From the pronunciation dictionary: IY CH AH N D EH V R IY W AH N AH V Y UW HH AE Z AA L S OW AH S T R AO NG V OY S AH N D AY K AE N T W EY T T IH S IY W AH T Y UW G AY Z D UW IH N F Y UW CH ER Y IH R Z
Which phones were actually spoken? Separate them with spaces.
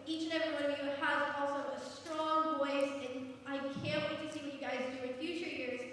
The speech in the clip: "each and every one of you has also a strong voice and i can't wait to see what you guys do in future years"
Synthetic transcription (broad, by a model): IY CH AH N EH V R IY W AH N AH V Y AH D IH AA L S OW AH S T R AO NG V OY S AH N AY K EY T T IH S IY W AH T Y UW G AY Z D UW IH N F Y UW CH ER Y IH R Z